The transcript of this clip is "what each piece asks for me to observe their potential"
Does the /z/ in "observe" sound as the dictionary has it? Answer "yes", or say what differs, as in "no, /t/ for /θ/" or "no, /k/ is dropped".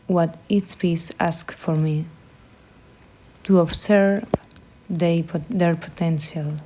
no, /s/ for /z/